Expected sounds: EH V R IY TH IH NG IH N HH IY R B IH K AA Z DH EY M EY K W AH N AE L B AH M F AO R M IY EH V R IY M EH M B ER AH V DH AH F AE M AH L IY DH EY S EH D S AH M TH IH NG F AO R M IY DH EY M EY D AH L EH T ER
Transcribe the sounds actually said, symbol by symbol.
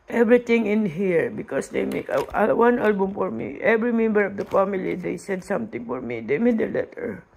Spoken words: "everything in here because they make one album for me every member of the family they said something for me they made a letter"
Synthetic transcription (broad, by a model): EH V R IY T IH NG IH N HH IY R B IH K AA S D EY M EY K W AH N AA L B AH M F AO R M IY EH V R IY M EH M B ER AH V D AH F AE M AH L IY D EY S EH D S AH M T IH NG F AO R M IY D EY M EY D AH L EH T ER